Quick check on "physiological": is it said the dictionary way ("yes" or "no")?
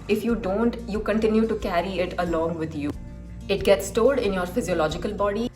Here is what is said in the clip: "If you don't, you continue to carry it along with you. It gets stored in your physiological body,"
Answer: yes